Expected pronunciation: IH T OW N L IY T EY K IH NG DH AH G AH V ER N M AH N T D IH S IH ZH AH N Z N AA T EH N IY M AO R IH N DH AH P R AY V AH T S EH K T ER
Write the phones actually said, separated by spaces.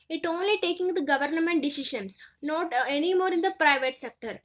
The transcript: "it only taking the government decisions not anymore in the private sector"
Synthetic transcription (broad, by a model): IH T OW N L IY T EY K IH NG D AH G AH V ER N M AH N T D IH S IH SH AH N S N AA T EH N IY M AO R IH N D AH P R AY V AH T S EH K T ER